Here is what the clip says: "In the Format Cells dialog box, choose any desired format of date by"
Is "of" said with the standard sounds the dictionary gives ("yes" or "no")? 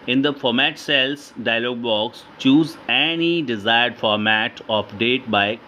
no